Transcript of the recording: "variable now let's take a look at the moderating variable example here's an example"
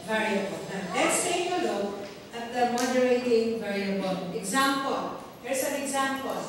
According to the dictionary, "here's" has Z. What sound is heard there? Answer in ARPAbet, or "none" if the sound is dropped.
S